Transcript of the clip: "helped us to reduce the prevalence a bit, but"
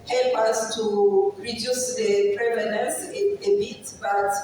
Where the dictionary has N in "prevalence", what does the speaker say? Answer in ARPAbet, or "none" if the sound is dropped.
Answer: none